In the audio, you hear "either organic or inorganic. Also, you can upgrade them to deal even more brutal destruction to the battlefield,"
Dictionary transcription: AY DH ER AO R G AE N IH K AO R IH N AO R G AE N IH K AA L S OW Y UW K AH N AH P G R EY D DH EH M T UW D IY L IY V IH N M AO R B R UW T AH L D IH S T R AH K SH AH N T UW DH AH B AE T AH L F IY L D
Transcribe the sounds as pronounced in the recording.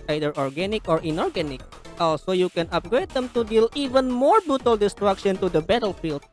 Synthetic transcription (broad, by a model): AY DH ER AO R G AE N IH K AO R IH N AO R G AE N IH K AA L S OW Y UW K AH N AH P G R EY D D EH M T UW D IY L IY V IH N M AO R B R UW T AH L D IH S T R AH K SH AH N T UW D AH B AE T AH L F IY L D